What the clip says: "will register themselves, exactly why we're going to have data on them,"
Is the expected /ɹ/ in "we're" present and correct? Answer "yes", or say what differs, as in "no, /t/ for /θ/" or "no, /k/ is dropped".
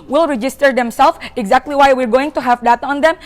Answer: yes